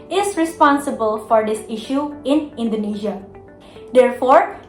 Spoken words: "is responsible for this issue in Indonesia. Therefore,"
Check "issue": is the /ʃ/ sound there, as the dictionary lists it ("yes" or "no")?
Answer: yes